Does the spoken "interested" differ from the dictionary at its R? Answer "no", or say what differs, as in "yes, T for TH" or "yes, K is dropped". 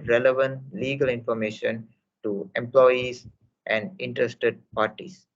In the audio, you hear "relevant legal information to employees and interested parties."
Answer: no